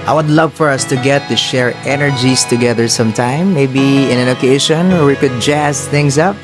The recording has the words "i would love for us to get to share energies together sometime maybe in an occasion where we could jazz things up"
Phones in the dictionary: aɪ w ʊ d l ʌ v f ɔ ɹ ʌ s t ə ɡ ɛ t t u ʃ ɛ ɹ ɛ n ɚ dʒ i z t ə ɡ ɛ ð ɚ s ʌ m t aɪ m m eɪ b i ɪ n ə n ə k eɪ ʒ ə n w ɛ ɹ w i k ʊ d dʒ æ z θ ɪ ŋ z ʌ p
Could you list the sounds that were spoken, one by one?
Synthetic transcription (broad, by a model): aɪ w ʊ d l ʌ v f ɔ ɹ ʌ s t ə ɡ ɛ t t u ʃ ɛ ɹ ɛ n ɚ dʒ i s t ə ɡ ɛ ð ɚ s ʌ m t aɪ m m eɪ b i ɪ n ə n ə k eɪ ʃ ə n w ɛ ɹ w i k ʊ d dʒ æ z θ ɪ ŋ s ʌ p